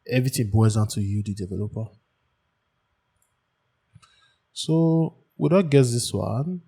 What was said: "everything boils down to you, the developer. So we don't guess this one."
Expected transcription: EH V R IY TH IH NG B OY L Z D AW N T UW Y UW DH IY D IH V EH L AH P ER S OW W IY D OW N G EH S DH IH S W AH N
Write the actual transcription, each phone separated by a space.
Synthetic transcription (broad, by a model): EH V R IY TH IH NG B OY Z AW N T UW Y UW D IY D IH V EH L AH P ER S OW W IY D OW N G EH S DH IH S W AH N